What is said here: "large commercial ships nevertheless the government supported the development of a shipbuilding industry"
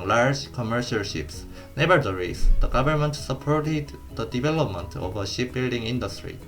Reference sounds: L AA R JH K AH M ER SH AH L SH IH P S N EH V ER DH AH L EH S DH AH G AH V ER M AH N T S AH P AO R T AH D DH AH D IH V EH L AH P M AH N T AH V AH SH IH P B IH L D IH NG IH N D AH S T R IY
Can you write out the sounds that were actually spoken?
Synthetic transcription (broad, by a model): L AA R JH K AH M ER SH AH L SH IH P S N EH B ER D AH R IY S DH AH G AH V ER M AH N T S AH P AO R T AH D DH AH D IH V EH L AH P M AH N T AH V AH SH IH P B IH L D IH NG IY N D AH S T R IY